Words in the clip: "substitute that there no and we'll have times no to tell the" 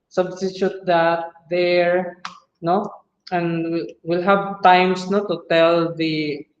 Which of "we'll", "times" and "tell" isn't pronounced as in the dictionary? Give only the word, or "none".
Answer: times